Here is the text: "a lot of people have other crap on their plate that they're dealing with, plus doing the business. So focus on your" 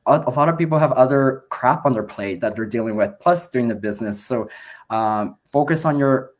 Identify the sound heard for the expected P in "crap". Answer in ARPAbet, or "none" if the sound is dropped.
P